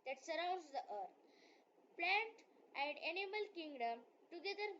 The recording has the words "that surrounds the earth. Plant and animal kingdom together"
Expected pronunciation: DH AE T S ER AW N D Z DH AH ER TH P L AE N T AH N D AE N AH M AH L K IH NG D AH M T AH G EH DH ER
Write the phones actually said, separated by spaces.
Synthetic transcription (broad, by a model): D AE T S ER AW N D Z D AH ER T P L AE N T AH N D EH N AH M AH L K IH NG D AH M T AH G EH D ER